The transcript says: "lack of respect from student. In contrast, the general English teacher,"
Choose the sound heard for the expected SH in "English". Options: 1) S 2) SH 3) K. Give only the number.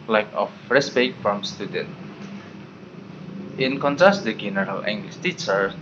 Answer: 1